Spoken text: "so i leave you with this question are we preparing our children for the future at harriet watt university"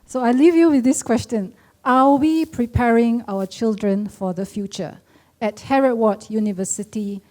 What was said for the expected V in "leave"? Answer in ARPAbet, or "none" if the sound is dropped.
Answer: V